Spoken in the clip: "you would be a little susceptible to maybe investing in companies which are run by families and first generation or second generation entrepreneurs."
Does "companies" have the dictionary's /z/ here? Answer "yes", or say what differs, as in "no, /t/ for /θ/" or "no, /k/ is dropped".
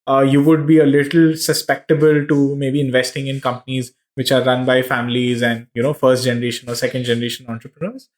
yes